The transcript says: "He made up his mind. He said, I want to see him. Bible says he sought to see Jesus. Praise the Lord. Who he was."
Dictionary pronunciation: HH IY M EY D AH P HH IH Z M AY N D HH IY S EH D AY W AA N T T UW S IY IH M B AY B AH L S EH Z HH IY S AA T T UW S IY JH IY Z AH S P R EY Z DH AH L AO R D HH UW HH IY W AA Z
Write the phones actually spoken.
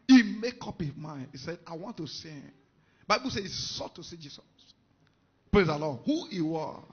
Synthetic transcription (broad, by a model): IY M EY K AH P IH M AY N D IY S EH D AY W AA N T T UW S IY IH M B AY B AH L S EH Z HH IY S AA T T UW S IY JH IY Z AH S P R EY Z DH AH L AO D HH UW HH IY W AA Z